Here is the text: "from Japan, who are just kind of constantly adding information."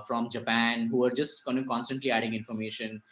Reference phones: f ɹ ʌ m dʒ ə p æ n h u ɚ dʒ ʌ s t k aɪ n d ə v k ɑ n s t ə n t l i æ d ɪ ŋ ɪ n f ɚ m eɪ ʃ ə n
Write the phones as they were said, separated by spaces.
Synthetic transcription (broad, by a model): f ɹ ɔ m dʒ ə p æ n h u ɚ dʒ ʌ s t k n ə k ɑ n s t ə n t l i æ d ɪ ŋ ɪ n f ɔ m eɪ ʃ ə n